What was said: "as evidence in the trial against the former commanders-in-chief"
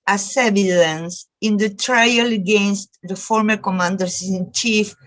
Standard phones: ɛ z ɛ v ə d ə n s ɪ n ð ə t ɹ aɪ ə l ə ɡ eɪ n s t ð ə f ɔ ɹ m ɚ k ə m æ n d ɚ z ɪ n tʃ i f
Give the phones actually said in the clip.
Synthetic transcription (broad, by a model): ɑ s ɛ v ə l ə n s ɪ n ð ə t ɹ aɪ ə l ə ɡ eɪ n s t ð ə f ɔ ɹ m ɚ k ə m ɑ n d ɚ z ɪ n tʃ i f